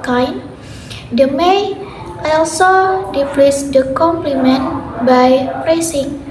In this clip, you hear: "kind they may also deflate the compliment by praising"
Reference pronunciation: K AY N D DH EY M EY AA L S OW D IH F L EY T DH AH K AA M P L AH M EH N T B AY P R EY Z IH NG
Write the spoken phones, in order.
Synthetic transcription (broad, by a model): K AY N D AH M EY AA L S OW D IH P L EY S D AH K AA M P L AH M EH N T B AY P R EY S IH NG